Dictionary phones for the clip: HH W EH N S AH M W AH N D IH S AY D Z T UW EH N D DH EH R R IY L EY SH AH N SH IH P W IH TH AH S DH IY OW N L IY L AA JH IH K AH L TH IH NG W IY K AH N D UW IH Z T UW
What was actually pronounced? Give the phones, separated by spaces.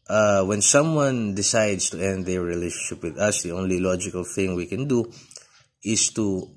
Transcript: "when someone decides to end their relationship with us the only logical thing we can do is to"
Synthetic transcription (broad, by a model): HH W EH N S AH M W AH N D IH S AY D S T UW EH N D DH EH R R IY L EY SH AH N SH IH P W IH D AH S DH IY OW N L IY L AA JH IH K AH L TH IH NG W IY K AH N D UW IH S T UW